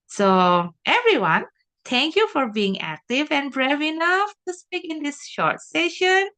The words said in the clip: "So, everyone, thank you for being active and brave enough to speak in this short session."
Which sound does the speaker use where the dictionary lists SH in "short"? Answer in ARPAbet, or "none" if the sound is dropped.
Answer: SH